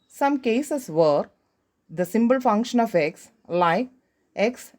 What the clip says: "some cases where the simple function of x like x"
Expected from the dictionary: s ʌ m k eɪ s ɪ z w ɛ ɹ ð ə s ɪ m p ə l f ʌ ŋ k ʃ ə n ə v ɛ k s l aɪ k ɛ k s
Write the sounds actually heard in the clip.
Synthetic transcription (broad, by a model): s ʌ m k eɪ s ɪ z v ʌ ɹ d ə s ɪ m b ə l f ʌ ŋ k ʃ ə n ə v ɛ k s l aɪ k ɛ k s